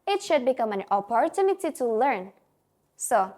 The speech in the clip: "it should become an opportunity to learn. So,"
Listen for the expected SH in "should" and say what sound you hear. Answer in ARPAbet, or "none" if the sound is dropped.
SH